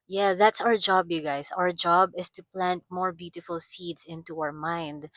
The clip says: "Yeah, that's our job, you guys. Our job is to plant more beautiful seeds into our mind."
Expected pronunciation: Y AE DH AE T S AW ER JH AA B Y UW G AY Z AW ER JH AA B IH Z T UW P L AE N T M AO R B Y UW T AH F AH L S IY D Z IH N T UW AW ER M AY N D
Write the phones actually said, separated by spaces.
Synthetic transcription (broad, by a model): Y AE DH AE T S AW ER JH AA B Y UW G AY S AW ER JH AA B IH S T UW P L AE N T M AO R B Y UW T AH F AH L S IY D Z IH N T UW AW ER M AY N D